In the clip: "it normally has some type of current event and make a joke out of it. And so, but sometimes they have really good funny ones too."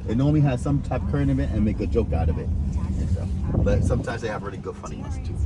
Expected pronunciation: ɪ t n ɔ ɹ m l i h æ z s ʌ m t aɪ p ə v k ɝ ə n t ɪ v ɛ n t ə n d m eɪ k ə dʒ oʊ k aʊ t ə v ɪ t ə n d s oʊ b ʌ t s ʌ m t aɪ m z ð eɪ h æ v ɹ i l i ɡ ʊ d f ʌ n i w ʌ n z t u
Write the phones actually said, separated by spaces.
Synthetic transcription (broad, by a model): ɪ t n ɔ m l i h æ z s ʌ m t aɪ p k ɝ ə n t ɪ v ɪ t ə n m eɪ k ə dʒ oʊ k aʊ t ə v ɪ t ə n s oʊ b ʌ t s ʌ m t aɪ m z ð eɪ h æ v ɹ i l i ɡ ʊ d f ʌ n i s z t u